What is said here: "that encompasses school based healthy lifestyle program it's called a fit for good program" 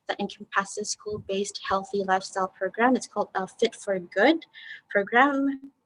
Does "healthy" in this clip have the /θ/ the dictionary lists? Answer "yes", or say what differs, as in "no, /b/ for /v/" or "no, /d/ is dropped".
yes